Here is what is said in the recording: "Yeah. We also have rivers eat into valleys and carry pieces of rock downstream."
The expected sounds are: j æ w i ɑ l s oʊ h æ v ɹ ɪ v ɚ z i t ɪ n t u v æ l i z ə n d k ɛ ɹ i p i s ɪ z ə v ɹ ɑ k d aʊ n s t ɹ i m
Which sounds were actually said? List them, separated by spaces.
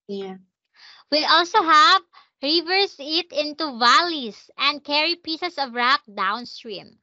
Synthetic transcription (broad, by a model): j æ w i ɑ l s oʊ h æ v ɹ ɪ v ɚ s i t ɪ n t u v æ l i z ə n d k ɛ ɹ i p i s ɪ s ə v ɹ ɑ k d aʊ n s t ɹ i m